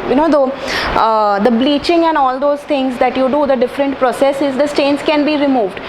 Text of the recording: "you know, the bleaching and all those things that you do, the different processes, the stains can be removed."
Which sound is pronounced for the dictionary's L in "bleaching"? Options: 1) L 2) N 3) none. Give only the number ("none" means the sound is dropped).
1